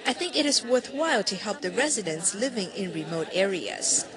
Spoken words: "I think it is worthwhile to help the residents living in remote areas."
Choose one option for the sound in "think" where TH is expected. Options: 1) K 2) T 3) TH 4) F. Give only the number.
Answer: 3